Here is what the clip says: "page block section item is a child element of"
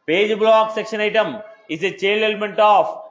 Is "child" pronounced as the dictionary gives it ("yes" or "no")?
no